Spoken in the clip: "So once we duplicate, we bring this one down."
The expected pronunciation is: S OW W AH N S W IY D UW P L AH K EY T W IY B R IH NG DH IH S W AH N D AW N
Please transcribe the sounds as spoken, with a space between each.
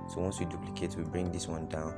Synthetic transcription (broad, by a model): S OW W AH N S W IY D UW P L AH K EY T W IY B R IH NG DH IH S W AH N D AW N